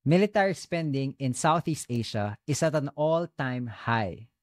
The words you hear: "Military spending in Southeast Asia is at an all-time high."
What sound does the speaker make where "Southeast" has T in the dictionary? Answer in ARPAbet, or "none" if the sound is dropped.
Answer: T